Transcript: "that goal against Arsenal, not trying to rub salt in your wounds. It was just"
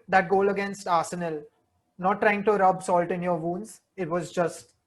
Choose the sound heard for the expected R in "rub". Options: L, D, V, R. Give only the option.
R